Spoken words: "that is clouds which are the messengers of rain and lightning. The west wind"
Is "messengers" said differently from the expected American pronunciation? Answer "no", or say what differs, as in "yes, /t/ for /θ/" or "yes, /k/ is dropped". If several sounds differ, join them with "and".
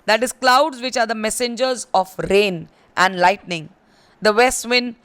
no